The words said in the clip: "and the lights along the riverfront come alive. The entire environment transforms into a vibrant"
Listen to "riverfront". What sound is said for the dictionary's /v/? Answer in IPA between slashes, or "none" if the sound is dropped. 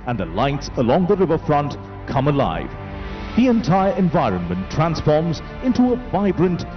/v/